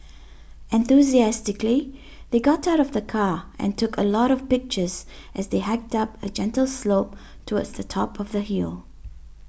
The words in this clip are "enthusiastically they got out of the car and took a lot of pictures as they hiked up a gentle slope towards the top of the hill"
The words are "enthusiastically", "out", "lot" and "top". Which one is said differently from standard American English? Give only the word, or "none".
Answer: none